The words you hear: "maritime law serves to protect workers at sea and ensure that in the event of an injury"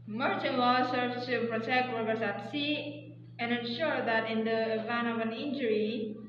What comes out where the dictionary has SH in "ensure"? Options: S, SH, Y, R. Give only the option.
SH